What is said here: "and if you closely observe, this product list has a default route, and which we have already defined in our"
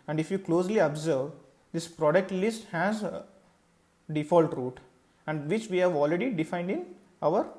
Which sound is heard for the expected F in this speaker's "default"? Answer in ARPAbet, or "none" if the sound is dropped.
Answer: F